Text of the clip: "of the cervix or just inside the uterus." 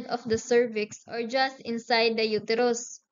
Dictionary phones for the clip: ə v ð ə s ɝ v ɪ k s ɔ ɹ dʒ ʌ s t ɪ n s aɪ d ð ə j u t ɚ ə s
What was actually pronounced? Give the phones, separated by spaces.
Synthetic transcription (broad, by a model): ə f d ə s ɝ v ɪ k s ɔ ɹ dʒ ʌ s t ɪ n s aɪ d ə j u t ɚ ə s